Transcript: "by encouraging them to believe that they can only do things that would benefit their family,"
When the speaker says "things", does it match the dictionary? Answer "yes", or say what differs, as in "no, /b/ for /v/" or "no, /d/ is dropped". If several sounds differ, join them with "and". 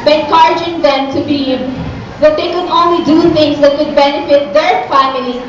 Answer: no, /t/ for /θ/